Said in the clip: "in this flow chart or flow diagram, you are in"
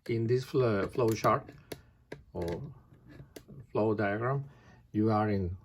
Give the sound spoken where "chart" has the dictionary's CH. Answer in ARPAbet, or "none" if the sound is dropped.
SH